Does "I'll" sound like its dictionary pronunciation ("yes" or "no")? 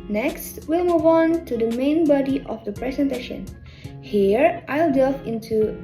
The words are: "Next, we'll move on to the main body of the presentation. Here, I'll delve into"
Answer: yes